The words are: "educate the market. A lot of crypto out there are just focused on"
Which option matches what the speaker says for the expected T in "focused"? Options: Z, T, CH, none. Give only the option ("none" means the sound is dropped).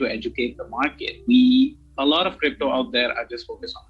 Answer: none